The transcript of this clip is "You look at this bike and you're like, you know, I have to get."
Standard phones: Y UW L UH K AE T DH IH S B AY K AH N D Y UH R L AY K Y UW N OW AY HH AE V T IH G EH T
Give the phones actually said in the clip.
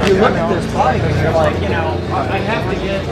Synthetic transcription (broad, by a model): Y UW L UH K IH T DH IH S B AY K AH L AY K Y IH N OW AY HH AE F T IH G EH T